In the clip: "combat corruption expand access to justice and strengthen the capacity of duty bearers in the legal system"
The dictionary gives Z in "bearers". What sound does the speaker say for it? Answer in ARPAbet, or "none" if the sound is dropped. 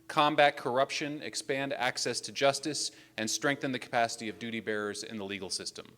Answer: Z